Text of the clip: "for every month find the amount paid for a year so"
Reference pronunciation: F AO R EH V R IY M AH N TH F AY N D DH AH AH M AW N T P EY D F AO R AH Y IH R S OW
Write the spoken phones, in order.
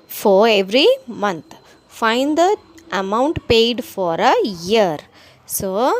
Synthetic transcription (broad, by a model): F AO R EH V R IY M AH N T F AY N D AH AH M AW N T P EY D F AO R AH Y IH R S OW